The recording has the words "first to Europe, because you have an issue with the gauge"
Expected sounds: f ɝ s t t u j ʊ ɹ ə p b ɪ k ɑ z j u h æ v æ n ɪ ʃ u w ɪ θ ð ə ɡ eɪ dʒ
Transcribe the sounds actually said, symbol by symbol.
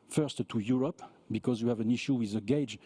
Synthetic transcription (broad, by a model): f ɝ s t t u j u ɹ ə p b ɪ k ɑ z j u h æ v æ n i ʃ u w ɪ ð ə ɡ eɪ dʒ